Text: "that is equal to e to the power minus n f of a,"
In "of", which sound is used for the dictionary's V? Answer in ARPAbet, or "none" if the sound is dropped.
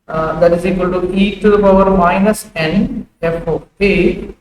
P